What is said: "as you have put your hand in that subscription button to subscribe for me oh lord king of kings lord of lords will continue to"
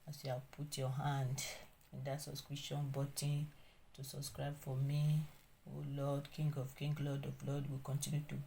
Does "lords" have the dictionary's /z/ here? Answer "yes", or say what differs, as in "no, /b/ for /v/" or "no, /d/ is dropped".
no, /z/ is dropped